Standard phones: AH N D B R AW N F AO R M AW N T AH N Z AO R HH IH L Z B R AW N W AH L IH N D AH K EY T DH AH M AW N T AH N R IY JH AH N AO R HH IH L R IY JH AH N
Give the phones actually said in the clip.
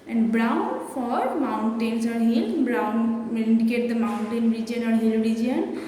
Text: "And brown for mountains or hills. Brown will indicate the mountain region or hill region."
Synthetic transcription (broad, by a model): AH N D B R AW N F AO R M AW N T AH N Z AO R HH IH L B R AW N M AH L IH N D AH K EY T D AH M AW N T AH N R IY JH AH N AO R HH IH L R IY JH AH N